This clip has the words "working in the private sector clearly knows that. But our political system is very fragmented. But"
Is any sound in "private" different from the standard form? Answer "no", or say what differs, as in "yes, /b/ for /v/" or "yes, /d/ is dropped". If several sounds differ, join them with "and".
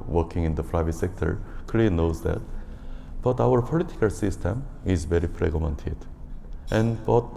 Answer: yes, /f/ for /p/